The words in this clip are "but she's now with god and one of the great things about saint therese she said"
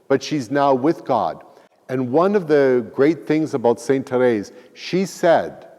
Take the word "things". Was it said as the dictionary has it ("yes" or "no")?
yes